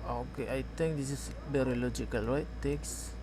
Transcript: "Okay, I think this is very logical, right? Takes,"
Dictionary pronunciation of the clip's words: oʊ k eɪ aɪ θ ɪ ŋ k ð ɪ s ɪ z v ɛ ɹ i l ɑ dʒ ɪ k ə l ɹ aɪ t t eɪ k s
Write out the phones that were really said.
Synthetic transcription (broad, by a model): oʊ k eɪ aɪ t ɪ ŋ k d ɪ s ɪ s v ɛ ɹ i l ɑ dʒ ɪ k ə l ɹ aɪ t t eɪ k s